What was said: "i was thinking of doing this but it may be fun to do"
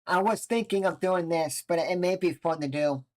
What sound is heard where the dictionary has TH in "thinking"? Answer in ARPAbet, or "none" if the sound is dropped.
TH